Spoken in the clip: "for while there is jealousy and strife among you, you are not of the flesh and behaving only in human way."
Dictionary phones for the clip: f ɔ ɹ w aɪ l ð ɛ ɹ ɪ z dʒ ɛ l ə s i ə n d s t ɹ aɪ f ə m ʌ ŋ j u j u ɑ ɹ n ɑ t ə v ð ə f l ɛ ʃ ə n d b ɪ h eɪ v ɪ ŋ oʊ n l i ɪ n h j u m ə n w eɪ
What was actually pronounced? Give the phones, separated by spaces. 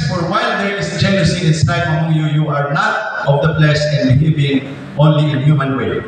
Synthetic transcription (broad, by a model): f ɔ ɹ w aɪ l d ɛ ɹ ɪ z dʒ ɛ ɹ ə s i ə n s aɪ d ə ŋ j u j u ɑ ɹ n ɑ t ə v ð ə p l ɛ s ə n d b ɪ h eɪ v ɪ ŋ oʊ n l i ɪ n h j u m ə n w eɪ